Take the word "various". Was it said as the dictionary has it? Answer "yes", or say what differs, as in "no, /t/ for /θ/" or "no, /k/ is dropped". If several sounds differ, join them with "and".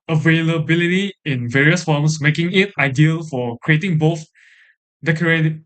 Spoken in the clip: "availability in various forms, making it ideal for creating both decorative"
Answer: yes